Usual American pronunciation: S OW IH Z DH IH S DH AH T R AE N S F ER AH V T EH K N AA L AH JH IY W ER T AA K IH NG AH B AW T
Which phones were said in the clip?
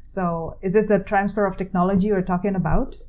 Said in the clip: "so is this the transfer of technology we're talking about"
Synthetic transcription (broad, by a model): S OW IH Z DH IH S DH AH T R AE N S F ER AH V T EH K N AA L AH JH IY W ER T AA K IH NG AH B AW T